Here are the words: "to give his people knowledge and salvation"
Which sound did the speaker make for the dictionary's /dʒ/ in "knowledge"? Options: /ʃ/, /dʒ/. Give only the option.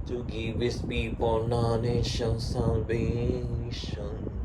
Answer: /ʃ/